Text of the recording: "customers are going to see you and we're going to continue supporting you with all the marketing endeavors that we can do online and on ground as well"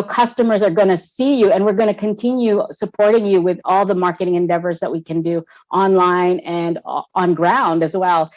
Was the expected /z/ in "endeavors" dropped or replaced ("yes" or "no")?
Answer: no